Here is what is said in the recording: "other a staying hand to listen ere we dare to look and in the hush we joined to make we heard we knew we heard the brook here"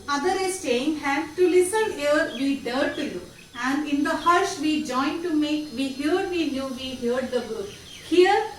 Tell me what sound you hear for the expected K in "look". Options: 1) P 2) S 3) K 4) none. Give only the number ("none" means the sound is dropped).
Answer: 4